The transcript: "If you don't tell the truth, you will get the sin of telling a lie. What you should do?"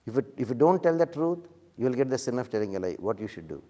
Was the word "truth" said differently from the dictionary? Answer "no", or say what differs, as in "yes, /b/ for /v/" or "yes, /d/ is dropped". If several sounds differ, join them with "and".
yes, /t/ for /θ/